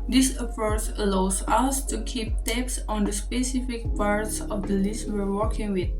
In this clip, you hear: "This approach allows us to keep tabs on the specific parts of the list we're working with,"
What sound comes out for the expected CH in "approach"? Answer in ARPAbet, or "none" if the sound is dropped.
S